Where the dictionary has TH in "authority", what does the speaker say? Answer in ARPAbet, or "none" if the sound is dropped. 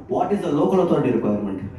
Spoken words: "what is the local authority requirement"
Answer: T